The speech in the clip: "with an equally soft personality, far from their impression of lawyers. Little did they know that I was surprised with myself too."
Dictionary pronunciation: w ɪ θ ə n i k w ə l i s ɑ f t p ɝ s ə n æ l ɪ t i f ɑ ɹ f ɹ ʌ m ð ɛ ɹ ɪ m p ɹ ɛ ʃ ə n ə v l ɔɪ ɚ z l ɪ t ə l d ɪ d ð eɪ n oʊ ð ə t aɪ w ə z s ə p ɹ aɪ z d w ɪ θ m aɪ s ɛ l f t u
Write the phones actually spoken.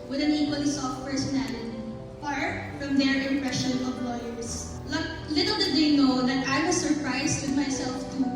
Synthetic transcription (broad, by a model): w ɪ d ə n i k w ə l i s ɑ f t p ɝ s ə n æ l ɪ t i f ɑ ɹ f ɹ ʌ m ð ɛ ɹ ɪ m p ɹ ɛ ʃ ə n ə p l ɔɪ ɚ s l ɪ t ə l d ɪ d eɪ n oʊ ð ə t aɪ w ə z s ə p ɹ aɪ s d w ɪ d m aɪ s ɛ l f t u